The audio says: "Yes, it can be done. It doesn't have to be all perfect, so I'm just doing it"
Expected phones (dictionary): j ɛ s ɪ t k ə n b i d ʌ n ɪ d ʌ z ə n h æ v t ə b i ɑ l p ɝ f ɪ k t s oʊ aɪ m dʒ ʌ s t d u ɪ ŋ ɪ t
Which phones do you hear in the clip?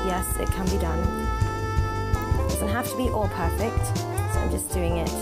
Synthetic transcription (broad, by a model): j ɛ s ɪ t k ə n b i d ʌ n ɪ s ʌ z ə h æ f t ə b i ɑ l p ɝ f ɪ k t s oʊ aɪ m dʒ ʌ s d u ɪ ŋ ɪ t